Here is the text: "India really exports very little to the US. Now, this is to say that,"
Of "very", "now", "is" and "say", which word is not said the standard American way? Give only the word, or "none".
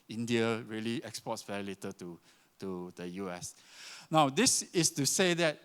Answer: is